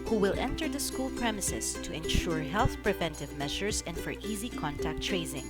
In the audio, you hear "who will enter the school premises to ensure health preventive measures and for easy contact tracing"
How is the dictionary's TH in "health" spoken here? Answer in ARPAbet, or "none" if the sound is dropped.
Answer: TH